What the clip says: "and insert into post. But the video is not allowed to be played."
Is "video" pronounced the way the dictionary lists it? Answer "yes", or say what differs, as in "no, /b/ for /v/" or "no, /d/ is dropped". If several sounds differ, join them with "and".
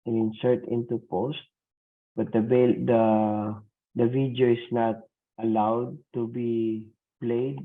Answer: no, /b/ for /v/